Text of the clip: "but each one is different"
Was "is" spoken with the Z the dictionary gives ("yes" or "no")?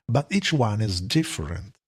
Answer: yes